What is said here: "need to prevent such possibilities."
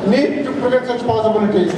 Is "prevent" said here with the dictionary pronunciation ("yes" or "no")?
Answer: no